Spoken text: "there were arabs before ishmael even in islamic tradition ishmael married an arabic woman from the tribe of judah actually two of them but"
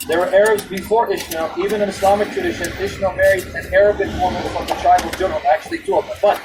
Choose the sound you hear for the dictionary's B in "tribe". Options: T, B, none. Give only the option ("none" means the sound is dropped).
none